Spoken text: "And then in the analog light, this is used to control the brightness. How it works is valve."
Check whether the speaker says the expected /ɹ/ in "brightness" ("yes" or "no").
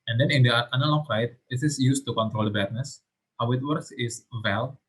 no